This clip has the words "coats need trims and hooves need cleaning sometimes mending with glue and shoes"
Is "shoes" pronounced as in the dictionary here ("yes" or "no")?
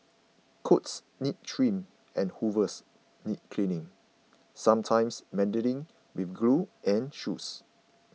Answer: no